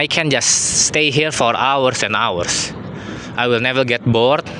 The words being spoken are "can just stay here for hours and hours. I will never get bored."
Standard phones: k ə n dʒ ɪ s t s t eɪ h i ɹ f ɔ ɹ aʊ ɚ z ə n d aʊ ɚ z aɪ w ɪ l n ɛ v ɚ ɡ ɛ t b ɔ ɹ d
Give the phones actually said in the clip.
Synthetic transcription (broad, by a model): k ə n dʒ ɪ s s t eɪ h i ɹ f ɔ ɹ aʊ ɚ s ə n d aʊ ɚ s aɪ w ɪ l n ɛ v ɚ ɡ ɛ t b ɔ ɹ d